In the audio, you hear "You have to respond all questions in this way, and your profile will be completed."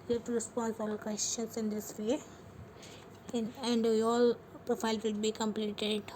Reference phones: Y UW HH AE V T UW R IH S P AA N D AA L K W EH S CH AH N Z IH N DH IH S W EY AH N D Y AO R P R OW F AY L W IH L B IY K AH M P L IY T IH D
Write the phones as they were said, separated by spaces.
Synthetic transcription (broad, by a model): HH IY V T UW R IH S P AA N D AA L K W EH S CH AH N S IH N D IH S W EY AH N D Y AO L P R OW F AY L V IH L B IY K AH M P L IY T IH D